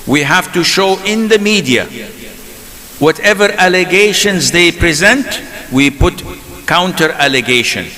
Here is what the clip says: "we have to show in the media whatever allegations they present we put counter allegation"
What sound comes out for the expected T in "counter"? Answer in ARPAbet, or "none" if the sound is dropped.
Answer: T